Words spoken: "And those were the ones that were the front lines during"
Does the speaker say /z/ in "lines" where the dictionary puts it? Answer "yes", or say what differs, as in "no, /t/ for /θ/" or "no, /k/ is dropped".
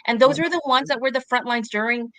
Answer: yes